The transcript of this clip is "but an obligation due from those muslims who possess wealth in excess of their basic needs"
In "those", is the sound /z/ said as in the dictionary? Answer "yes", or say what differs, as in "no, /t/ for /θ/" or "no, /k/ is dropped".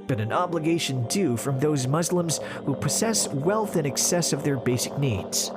yes